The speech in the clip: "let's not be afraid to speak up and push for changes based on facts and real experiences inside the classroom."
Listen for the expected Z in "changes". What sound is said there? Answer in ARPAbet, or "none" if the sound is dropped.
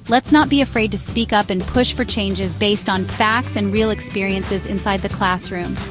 Z